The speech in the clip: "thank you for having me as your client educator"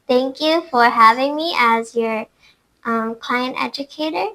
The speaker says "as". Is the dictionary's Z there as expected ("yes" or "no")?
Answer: yes